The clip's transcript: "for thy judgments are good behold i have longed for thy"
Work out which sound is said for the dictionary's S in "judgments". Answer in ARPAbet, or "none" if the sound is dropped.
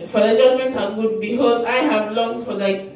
none